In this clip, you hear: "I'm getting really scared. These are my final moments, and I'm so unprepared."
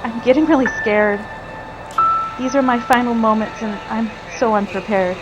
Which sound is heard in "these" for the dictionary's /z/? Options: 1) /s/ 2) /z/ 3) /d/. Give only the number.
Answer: 2